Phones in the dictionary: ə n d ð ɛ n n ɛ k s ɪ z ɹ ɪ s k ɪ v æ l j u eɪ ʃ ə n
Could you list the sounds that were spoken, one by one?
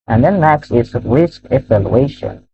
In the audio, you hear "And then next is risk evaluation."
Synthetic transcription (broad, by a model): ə n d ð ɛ n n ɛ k s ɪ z ɹ ɪ s k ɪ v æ l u eɪ ʃ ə n